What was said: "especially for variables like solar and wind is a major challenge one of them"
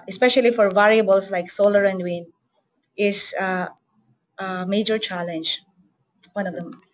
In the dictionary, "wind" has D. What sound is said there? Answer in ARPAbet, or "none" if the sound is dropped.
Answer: none